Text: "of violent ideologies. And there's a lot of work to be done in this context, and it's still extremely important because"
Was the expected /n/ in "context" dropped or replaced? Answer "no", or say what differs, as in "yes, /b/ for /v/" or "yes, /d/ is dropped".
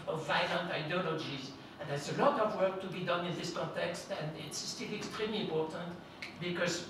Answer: no